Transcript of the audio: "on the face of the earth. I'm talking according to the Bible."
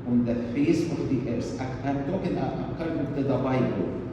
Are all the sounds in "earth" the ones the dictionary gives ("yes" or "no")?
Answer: no